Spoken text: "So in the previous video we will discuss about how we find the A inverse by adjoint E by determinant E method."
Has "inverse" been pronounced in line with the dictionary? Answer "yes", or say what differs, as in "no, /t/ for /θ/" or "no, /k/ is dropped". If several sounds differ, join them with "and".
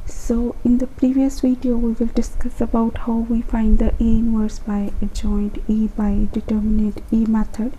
no, /w/ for /v/